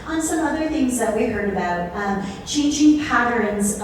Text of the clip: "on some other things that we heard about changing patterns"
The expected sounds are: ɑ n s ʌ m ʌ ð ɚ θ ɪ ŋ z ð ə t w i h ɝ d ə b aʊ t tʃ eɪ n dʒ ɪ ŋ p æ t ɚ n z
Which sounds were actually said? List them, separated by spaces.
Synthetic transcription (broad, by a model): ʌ n s ʌ m ʌ ð ɚ θ ɪ ŋ z ð ə t w i h ɝ d ə b aʊ t tʃ eɪ n dʒ ɪ ŋ p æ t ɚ n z